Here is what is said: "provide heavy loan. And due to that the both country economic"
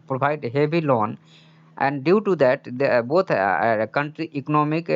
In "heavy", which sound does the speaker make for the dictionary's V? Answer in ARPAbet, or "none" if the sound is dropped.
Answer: B